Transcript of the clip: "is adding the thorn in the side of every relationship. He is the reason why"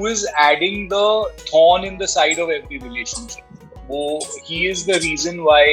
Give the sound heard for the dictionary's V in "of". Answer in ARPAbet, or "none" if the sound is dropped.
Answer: V